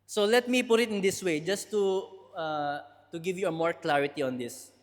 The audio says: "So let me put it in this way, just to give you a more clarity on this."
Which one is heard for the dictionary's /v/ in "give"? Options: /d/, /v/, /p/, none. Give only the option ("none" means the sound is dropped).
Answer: /v/